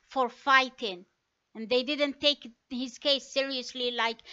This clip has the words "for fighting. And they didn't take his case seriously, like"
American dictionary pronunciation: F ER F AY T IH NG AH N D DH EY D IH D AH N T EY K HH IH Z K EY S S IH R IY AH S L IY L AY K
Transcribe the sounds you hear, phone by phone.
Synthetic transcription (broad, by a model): F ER F AY T IH NG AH N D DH EY D IH D AH N T EY K HH IH Z K EY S S IH R IY AH S L IY L AY K